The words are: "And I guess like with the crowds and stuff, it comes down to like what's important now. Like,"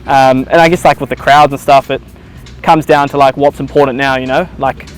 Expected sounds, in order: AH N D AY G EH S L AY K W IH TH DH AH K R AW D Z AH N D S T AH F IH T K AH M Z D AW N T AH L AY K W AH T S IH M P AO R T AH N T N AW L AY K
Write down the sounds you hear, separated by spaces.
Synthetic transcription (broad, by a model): AH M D AY G EH S L AY K W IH DH AH K R AW D Z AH N S T AH F IH T K AH M Z D AW N T AH L AY K W AH T S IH M P AO R T N N AW L AY K